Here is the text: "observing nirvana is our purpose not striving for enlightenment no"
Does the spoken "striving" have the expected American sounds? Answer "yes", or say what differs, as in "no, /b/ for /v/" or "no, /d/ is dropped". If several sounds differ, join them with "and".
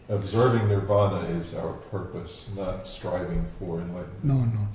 yes